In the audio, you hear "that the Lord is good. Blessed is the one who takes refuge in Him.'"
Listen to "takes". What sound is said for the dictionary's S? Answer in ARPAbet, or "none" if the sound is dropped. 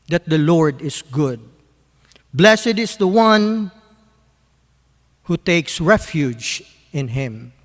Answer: S